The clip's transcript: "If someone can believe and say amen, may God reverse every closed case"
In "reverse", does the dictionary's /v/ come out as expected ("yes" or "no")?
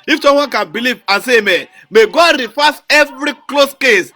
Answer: no